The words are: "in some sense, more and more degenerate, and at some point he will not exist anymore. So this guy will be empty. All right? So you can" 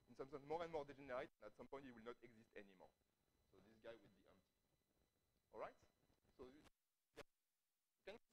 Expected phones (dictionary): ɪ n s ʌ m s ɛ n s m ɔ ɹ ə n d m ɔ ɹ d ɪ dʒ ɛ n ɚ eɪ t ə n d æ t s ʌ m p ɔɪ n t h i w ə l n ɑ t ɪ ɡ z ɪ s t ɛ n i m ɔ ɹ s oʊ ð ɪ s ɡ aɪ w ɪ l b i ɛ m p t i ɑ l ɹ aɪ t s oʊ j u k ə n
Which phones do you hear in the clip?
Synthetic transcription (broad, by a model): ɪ n s ʌ m s ɛ n s m ɔ ɹ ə n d m ɔ ɹ d ɪ dʒ ɛ n ɚ eɪ t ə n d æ t s ʌ m p ɔɪ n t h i w ə l n ɑ t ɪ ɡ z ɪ s t ɛ n i m ɔ ɹ s oʊ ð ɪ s ɡ aɪ w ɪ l b i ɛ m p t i ɑ l ɹ aɪ t s oʊ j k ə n